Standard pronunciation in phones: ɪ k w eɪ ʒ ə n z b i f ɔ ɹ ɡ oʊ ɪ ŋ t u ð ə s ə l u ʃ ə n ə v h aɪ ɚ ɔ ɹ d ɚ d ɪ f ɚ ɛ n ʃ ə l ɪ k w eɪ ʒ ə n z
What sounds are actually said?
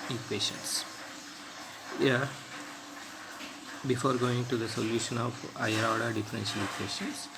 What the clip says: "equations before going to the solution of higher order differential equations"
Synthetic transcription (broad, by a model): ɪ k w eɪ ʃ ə n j b i f ɔ ɹ ɡ oʊ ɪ ŋ t u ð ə s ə l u ʃ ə n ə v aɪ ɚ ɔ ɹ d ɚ d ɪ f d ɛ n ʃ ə l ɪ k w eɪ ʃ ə n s